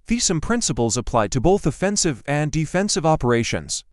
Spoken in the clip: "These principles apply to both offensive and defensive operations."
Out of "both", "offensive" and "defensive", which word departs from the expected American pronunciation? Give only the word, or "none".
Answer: none